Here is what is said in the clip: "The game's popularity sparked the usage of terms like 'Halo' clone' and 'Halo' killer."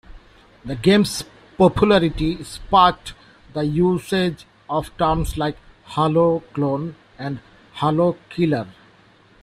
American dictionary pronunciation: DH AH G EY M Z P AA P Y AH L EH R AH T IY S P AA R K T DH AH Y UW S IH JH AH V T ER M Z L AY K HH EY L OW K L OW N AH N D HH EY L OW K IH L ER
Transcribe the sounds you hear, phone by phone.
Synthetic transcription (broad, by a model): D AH G EY M S P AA P Y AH L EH R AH T IY S P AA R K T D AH Y UW S IH JH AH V T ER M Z L AY K HH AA L OW K L OW N AH N D HH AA L OW K IH L ER